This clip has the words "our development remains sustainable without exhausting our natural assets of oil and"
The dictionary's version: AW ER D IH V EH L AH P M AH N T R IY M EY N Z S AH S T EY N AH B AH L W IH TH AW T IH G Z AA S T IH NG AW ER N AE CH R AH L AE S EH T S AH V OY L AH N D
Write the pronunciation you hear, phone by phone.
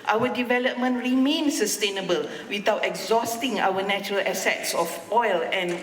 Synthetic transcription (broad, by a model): AW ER D IH V EH L AH P M AH N T R IY M EY N S AH S T EY N AH B AH L W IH T AW T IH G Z AA S T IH NG AW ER N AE CH R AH L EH S EH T S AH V OY L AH N